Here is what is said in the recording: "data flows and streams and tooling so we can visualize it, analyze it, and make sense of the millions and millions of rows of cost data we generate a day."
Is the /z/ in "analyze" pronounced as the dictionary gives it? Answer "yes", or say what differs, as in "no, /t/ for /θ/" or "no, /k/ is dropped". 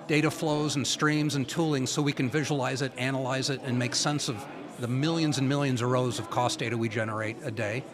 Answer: yes